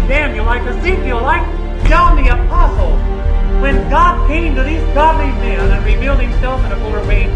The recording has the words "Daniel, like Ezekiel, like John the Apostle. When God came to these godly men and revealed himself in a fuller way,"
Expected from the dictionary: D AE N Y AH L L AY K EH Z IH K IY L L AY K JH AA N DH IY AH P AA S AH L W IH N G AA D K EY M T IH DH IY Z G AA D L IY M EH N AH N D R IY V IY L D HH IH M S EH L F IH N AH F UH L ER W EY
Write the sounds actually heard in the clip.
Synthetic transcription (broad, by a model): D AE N Y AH L L AY K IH S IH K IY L L AY K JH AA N DH IY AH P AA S L W IH N G AA D K EY M T IH DH IY Z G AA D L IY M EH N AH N R IY V IY L D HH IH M S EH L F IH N AH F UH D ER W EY